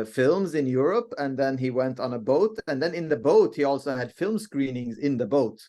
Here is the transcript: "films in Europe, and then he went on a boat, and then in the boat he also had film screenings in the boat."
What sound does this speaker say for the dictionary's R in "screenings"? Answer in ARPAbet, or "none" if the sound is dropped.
R